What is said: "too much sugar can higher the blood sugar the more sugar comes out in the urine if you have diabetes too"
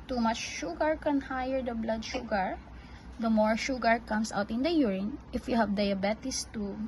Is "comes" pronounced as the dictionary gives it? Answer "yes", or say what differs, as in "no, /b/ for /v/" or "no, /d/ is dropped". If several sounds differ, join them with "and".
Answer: no, /s/ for /z/